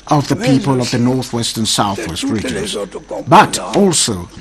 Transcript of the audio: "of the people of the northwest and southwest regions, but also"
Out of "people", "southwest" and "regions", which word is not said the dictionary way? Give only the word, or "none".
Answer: none